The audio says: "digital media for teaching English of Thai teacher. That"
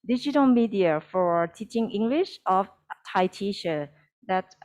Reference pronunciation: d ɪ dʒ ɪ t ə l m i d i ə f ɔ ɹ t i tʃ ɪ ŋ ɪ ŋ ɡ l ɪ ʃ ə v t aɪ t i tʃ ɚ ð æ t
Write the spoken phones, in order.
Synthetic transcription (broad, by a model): d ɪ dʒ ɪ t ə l m i d i ə f ɔ ɹ t i tʃ ɪ ŋ ɪ ŋ ɡ l ɪ ʃ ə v t aɪ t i ʃ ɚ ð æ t